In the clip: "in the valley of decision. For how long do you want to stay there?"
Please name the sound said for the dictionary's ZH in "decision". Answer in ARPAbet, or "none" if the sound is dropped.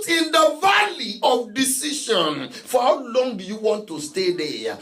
SH